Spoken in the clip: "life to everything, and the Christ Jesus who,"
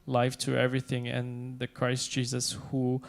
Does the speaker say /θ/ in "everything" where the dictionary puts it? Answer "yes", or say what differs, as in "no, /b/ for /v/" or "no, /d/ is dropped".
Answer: yes